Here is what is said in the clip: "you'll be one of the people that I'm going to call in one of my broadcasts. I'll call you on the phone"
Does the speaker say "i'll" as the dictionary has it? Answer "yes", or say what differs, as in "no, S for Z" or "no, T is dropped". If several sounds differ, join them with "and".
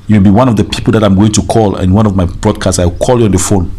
no, W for L